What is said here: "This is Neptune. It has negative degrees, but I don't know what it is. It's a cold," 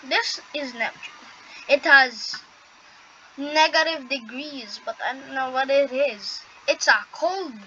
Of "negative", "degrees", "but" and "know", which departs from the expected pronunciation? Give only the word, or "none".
none